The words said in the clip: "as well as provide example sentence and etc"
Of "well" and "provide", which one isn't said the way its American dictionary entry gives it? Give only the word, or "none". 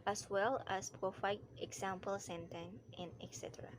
provide